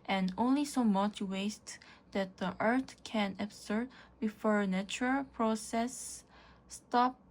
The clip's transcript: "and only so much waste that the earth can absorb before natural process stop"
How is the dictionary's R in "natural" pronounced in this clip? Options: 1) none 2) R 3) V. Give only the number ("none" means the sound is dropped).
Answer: 2